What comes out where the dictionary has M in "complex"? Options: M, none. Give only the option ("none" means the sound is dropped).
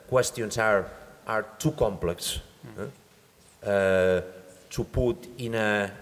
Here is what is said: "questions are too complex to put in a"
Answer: M